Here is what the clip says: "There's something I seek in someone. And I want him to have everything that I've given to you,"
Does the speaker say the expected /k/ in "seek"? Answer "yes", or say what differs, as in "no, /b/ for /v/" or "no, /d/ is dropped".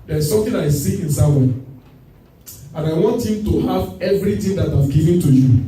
no, /k/ is dropped